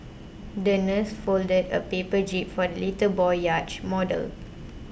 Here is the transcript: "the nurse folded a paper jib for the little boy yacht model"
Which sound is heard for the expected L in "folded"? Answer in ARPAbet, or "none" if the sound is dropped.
L